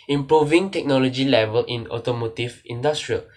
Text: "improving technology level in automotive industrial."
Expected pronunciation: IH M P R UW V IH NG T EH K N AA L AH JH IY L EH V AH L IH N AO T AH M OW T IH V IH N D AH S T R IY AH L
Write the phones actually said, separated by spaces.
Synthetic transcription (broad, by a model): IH M P R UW V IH NG T EH K N AA L AH JH IY L EH V AH L IH N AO T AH M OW T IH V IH N D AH S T R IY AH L